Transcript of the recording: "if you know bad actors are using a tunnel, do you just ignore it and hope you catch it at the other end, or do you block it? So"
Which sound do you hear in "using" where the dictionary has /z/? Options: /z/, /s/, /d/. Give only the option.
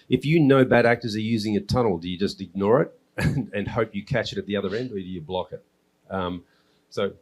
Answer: /z/